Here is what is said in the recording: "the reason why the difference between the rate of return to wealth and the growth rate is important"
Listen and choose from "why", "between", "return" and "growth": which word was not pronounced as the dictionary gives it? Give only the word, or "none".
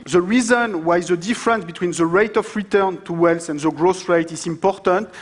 growth